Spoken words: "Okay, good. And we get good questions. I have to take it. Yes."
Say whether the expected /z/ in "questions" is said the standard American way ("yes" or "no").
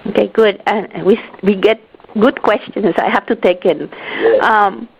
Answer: no